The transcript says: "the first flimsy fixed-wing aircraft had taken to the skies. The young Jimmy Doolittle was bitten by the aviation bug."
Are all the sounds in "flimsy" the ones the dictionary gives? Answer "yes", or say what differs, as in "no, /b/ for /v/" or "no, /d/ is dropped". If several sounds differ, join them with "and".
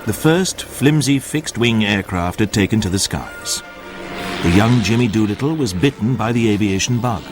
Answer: yes